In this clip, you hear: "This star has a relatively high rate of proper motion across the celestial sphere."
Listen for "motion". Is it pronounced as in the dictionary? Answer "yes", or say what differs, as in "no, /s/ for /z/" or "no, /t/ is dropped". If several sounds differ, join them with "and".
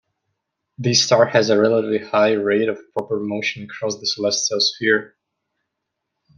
yes